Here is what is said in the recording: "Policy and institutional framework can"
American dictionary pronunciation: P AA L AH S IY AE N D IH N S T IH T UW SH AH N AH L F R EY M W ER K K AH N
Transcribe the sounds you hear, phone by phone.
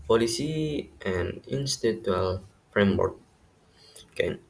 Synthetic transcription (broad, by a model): P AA L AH S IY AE N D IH N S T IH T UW AH L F R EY M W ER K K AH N